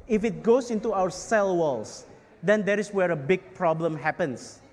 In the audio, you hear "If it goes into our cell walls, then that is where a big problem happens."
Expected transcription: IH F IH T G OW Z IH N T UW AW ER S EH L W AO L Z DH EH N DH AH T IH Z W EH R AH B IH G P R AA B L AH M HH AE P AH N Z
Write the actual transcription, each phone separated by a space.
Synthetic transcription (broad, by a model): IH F IH T G OW S IH N T UW AW ER S EH L W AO L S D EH N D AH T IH S W EH R AH B IH G P R AA B L AH M HH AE P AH N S